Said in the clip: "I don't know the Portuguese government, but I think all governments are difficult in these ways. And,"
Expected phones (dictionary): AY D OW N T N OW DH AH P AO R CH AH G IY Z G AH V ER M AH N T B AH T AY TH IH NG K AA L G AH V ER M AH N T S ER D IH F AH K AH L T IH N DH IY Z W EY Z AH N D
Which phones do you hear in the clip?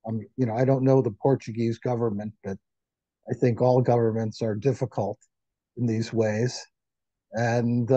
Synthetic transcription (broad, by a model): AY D OW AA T N OW DH AH P AO R CH AH G IY Z G AH V ER M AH N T B AH T AY TH IH NG K AA L G AH V ER M AH N T S ER D IH F AH K AH L T IH N DH IY Z W EY Z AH N